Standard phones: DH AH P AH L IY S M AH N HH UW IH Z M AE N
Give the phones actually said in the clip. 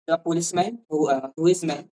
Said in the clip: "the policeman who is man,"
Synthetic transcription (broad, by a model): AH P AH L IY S M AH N HH UW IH S M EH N